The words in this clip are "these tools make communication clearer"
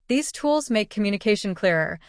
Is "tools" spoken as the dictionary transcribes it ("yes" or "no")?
yes